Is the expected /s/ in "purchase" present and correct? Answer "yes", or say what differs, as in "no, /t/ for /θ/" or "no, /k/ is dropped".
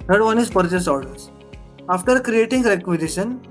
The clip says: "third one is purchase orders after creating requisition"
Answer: yes